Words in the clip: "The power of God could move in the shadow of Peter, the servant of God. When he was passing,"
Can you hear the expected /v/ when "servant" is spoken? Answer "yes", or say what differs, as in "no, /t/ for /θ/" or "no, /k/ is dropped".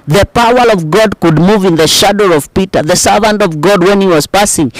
yes